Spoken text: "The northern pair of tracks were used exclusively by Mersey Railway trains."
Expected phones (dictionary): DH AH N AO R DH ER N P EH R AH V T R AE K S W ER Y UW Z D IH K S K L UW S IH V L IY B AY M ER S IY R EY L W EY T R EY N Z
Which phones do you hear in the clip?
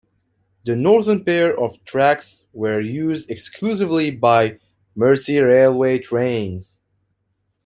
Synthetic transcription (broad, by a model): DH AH N AO R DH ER N P EH R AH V T R AE K S W ER Y UW Z D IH K S K L UW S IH V L IY B AY M ER S IY R EY L W EY T R EY N Z